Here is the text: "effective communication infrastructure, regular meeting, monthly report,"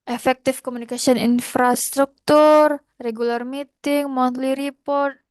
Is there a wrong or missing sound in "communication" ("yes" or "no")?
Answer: yes